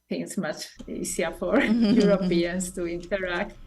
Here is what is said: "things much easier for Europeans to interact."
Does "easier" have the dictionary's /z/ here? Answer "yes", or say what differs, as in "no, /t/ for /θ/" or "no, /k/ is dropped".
no, /s/ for /z/